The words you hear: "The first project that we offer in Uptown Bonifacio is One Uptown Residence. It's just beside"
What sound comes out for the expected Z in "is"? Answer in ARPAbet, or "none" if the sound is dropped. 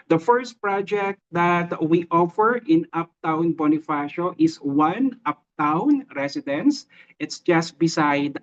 S